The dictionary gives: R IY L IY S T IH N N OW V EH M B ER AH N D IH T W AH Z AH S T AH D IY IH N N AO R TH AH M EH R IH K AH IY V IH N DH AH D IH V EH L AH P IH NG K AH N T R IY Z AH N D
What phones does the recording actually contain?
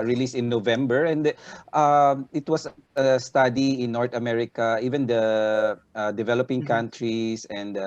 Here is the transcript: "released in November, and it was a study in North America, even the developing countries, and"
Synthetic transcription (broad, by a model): R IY L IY S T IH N N OW V EH M B ER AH N D IH T W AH S AH S T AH D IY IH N N AO R T AH M EH R IH K AH IY V IH N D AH D IH V EH L AH P IH NG K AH N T R IY S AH N D